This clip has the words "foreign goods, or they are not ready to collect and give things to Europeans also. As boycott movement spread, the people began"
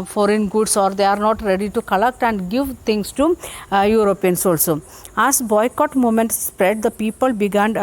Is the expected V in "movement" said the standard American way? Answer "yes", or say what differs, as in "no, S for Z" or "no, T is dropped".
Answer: no, V is dropped